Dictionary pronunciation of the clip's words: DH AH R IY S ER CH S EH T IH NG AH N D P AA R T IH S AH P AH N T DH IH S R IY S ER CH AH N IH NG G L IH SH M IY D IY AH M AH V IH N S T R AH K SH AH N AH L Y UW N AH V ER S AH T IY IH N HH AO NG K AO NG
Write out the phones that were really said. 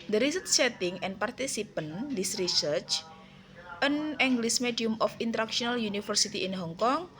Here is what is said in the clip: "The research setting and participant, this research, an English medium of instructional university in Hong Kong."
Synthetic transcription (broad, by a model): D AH R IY S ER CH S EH T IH NG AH N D P AA R T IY S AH P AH N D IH S R IY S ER CH AH N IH NG G L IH S M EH D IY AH M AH F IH N T R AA K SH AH N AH L Y UW N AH F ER S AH T IY IH N HH AO NG K AO NG